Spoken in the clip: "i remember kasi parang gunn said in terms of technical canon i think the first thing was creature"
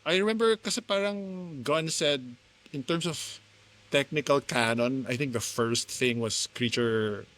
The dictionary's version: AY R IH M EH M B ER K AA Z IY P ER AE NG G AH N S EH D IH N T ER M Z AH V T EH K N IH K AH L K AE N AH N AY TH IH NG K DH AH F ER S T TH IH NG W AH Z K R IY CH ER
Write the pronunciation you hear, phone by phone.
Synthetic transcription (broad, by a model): AY R IH M EH M B ER K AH S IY P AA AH NG G AH N S EH D IH N T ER M S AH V T EH K N IH K AH L K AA N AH N AY TH IH NG K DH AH F ER S T TH IH NG W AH S K R IY CH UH